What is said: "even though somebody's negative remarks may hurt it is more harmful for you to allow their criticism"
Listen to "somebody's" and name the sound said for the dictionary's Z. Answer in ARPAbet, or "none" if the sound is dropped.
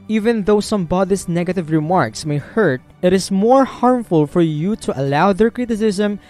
S